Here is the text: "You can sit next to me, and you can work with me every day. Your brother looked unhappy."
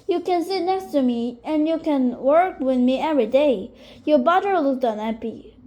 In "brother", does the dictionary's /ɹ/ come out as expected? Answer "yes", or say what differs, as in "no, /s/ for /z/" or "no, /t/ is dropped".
no, /ɹ/ is dropped